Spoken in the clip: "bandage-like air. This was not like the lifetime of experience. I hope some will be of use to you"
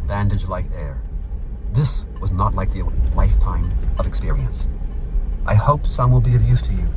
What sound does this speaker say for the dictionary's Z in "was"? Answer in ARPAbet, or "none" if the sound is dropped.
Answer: Z